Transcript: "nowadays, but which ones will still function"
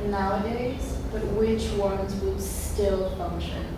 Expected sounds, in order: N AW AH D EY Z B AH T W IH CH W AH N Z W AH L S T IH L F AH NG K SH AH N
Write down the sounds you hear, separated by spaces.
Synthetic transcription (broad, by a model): N AW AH D EY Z B AH T W IH CH W AH N Z W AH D S T IH L F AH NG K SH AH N